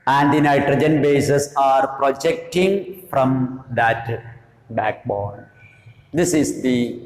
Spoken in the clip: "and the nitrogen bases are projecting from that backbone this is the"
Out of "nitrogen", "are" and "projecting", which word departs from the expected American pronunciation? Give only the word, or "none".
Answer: none